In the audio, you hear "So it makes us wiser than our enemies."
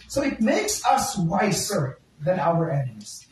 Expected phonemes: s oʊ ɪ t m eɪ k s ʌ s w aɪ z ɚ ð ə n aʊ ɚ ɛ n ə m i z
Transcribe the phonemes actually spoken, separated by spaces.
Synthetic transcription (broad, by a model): s oʊ ɪ t m eɪ k s ʌ s w aɪ s ɚ ð ə n aʊ ɚ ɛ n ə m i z